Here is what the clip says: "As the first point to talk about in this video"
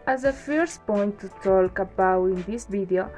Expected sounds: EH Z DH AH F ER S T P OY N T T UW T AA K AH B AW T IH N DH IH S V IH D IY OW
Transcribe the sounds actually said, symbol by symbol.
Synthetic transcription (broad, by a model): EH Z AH F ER S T P OY N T T UW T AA K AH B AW IH N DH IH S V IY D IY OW